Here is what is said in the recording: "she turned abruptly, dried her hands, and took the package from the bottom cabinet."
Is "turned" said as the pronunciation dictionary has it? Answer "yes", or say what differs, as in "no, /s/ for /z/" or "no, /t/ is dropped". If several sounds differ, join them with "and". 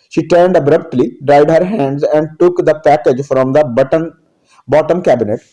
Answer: yes